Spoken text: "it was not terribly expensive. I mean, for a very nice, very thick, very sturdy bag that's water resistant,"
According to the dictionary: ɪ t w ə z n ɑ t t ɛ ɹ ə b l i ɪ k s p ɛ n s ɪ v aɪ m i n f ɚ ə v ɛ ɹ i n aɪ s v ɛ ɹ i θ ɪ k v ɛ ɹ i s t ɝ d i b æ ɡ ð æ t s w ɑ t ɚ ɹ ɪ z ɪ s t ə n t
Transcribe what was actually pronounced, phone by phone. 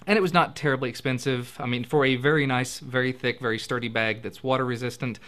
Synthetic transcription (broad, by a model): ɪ t w ə z n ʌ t t ɛ ɹ ə b l i ɪ k s p ɛ n s ɪ v aɪ m i n f ɚ ə v ɛ ɹ i n aɪ s v ɛ ɹ i θ ɪ k v ɛ ɹ i s t ɝ d i b æ ɡ ð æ t s w ɑ t ɚ ɹ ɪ z ɪ s t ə n t